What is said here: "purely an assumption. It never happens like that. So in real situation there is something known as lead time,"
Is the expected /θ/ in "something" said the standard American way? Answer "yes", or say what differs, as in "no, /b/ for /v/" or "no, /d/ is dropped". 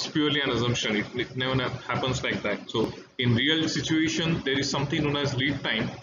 no, /t/ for /θ/